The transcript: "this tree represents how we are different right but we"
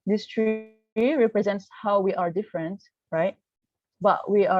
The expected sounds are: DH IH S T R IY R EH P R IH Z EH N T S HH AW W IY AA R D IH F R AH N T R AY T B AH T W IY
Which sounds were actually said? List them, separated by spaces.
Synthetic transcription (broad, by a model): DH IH S T R IY R EH P R IH Z EH N T S HH AW W IY AA R D IH F R AH N T R AY T B AH T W IY